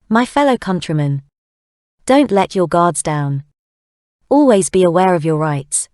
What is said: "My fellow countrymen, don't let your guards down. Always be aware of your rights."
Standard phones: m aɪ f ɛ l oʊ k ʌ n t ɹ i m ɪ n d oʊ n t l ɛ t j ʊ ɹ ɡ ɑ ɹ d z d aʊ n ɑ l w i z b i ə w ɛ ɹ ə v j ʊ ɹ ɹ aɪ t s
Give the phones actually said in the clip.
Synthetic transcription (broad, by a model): m aɪ f ɛ l oʊ k ʌ n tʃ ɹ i m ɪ n d oʊ n t l ɛ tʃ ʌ ɡ ɑ d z d aʊ n ɑ l w i z b i ə w ɛ ɹ ə v j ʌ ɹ ɹ aɪ t s